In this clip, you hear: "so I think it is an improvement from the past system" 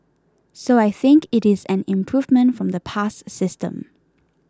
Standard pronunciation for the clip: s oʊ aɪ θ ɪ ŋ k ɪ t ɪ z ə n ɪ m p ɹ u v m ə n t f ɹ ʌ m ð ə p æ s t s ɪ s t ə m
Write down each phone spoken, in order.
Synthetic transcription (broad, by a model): s oʊ aɪ θ ɪ ŋ k ɪ t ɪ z ə n ɪ m p ɹ u v m ə n t f ɹ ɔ m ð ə p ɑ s s ɪ s t ə m